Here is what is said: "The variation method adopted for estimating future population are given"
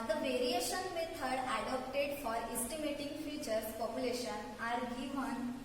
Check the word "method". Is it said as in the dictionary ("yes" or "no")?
no